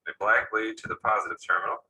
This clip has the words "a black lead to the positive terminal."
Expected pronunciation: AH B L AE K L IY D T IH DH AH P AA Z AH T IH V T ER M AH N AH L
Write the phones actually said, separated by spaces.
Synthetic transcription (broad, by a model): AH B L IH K L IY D T IH DH AH P AA Z AH T IH V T ER M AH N L